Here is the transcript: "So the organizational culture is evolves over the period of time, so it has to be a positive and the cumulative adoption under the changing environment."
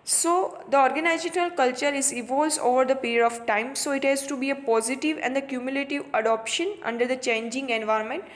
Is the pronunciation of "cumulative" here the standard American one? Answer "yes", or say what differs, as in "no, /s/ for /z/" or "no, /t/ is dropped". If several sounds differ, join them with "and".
yes